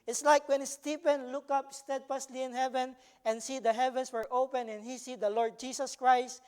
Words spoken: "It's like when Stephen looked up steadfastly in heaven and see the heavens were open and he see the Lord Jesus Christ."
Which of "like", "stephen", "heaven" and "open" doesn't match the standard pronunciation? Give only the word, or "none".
stephen